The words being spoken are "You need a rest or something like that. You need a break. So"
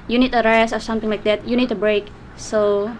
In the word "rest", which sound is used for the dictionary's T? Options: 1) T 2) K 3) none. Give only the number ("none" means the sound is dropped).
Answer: 3